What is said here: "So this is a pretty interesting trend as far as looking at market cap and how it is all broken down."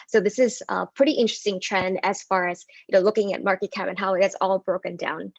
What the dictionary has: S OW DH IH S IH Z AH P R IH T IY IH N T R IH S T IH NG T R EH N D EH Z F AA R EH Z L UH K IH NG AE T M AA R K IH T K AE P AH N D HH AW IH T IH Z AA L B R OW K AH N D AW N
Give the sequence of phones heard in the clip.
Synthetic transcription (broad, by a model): S OW DH IH S IH Z AH P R IH T IY IH N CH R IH S T IH NG T R EH N D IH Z F AA R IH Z L UH K IH NG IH T M AA R K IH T K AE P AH N HH AW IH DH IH S AA L B R OW K AH N D AW N